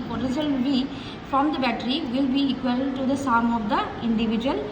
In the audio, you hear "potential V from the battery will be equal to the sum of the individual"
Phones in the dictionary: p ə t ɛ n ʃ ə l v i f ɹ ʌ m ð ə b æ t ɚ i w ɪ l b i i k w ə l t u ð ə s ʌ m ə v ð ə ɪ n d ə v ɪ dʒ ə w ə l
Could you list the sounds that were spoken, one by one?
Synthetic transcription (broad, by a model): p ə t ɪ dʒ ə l b i f ɹ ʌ m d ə b æ t ɚ i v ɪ l b i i k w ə l t u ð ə s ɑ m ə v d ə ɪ n d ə v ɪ dʒ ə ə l